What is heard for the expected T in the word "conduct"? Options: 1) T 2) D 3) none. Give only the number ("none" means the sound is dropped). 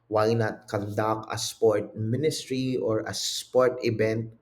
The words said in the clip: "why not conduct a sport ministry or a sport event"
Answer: 3